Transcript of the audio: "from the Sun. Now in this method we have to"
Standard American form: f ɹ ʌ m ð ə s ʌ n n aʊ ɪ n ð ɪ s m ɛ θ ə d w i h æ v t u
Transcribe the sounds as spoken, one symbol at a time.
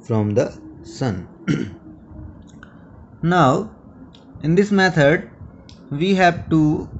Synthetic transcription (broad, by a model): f ɹ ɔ m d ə s ʌ n n aʊ ɪ n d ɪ s m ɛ t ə d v i h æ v t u